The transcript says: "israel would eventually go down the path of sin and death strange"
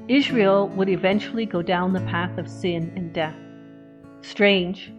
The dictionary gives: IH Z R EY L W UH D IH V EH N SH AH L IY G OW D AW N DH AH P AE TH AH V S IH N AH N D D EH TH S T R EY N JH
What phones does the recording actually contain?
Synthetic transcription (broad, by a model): IH Z R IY L W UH D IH V EH N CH L IY G OW D AW N DH AH P AE TH AH V S IH N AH N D D EH TH S T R EY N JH